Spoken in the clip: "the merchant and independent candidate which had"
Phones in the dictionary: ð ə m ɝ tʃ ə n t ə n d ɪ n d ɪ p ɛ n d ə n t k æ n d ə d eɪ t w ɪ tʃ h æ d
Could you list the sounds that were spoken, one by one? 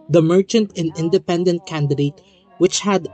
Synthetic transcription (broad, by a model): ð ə m ɝ tʃ ə n t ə n ɪ n d ɪ p ɛ n d ə n t k æ n d ə d eɪ t w ɪ tʃ h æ d